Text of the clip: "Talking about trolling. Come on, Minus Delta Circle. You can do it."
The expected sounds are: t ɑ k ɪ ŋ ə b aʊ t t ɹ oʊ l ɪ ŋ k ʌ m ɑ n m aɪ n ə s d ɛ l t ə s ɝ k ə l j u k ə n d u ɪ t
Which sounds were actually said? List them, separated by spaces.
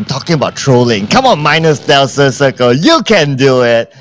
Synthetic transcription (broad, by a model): t ɑ k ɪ ŋ ə b aʊ t t ɹ oʊ l ɪ ŋ k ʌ m ɑ n m aɪ n ə s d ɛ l s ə s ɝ k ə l j u k ə n d u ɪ t